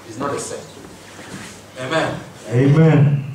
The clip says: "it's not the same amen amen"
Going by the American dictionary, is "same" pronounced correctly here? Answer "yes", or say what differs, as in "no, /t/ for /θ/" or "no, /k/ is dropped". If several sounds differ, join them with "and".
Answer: no, /m/ is dropped